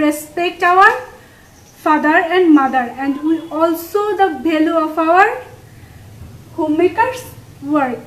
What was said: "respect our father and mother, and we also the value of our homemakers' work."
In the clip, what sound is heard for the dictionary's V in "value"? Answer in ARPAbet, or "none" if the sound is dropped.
B